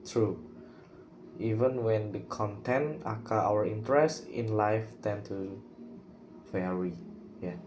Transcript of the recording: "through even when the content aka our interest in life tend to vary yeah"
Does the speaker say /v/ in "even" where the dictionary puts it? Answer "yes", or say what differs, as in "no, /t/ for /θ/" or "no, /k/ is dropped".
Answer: yes